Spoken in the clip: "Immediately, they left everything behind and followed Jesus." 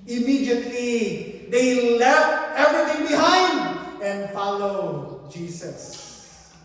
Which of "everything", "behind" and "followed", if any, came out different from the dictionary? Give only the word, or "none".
everything